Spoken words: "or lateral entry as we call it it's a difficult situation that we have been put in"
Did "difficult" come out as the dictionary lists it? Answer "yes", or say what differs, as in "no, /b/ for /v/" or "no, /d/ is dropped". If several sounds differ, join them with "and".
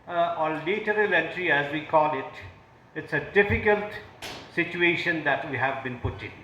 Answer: yes